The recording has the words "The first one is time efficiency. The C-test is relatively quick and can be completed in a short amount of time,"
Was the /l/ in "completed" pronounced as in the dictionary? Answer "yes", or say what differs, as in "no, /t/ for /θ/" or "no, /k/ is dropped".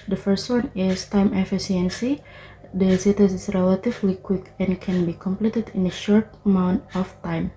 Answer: yes